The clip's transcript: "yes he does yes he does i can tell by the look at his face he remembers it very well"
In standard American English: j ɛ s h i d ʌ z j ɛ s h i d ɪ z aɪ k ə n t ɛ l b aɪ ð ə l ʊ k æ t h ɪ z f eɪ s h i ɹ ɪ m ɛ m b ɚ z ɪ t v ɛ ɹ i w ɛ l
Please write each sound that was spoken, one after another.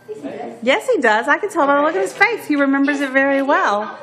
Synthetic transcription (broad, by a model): j ɛ s h i d ʌ z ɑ ɪ k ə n t ɛ l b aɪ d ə l ʊ k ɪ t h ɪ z f eɪ θ h i ɹ ɪ m ɛ m b ɚ z ɪ t v ɛ ɹ i w ɛ l